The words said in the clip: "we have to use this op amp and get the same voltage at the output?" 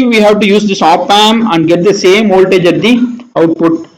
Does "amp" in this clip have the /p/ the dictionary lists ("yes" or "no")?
no